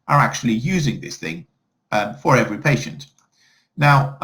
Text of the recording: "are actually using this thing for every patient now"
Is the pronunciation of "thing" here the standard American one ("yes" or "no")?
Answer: yes